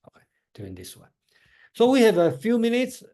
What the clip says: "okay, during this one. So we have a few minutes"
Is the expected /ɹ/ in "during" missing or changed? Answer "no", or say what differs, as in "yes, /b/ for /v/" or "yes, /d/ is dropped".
yes, /ɹ/ is dropped